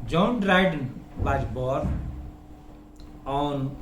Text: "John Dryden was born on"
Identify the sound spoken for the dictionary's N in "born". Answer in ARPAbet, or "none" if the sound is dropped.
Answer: none